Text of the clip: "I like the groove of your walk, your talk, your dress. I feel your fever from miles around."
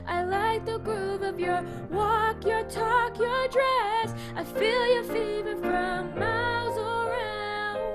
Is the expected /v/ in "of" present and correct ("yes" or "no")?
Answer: yes